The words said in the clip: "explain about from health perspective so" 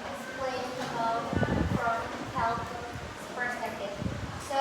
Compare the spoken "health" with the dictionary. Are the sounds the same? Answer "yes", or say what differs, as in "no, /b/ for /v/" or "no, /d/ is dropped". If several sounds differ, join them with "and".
no, /s/ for /θ/